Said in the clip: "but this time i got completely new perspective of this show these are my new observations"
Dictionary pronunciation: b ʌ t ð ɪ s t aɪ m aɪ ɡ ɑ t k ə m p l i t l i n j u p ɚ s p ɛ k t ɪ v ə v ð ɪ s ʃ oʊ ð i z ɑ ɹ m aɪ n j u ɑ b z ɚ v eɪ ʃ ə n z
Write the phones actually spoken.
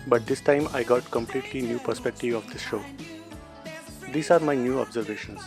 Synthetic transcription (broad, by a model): b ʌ t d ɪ s t aɪ m aɪ ɡ ɑ t k ə m p l i t l i n j u p ɚ s p ɛ k t ɪ v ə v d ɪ s ʃ oʊ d i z ɑ ɹ m aɪ n j u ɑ b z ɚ v eɪ ʃ ə n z